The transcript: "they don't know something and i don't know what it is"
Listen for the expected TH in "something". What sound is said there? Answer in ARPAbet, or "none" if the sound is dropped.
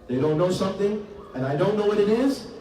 TH